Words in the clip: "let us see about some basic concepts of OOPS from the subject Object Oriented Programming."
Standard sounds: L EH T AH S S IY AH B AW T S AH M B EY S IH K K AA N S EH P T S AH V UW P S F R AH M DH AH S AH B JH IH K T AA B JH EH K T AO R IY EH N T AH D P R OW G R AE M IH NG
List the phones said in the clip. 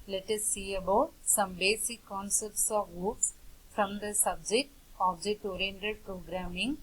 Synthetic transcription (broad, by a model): L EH T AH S S IY AH B AW T S AH M B EY S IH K K AA N S EH P T S AH V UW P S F R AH M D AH S AH B JH IH K T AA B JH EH T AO R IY N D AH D P R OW G R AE M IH NG